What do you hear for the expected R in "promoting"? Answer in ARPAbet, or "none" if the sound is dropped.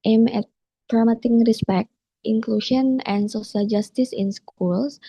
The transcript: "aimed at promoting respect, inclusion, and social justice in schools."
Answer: none